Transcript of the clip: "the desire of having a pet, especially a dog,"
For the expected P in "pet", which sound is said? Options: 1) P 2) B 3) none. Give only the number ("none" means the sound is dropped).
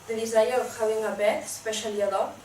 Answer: 2